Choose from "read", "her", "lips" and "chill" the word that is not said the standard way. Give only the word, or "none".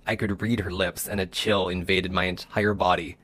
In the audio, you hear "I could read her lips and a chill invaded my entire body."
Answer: none